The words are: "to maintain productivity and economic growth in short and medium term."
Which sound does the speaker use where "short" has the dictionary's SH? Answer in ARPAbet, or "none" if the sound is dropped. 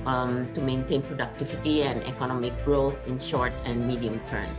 SH